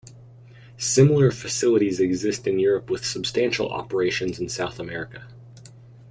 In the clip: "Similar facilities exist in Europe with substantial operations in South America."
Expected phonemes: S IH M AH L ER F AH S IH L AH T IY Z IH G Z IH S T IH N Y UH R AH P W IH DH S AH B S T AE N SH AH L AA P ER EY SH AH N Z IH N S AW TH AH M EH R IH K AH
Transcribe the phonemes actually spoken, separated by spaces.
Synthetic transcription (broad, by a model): S IH M L ER F AH S IH L AH T IY Z IH G Z IH S T IH N Y UH R AH P W IH DH S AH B S T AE N SH L AA P ER EY SH AH N Z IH N S AW TH AH M EH R IH K AH